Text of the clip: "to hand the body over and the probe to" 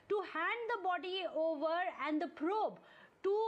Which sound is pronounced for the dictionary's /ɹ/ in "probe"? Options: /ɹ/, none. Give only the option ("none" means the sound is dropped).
/ɹ/